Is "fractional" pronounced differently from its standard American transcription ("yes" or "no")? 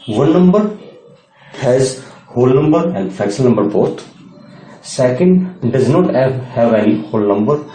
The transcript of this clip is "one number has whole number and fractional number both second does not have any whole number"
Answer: yes